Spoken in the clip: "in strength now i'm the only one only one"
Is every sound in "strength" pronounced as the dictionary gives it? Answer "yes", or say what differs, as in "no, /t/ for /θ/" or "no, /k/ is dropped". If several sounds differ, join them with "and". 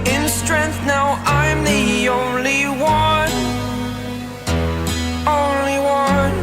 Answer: yes